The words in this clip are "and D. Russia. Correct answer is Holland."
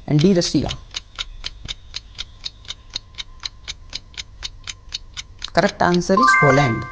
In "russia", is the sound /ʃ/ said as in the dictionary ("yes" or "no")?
no